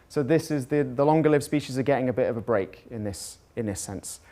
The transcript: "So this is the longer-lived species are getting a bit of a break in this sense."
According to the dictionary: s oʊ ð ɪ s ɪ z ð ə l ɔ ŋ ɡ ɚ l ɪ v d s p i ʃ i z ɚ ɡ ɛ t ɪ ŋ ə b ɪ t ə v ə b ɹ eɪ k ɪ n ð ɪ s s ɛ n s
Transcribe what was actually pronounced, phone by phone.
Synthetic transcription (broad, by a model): s oʊ ð ɪ s ɪ z ð ə l ɔ ŋ ɡ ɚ l ɪ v s p i ʃ i z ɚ ɡ ɛ t ɪ ŋ ə b ɪ t ə v ə b ɹ eɪ k ɪ n ð ɪ s s ɛ n s